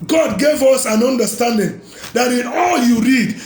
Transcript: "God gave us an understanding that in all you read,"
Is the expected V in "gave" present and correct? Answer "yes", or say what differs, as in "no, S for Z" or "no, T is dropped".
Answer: yes